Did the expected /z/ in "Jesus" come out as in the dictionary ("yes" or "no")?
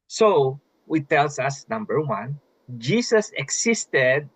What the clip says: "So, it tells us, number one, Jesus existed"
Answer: no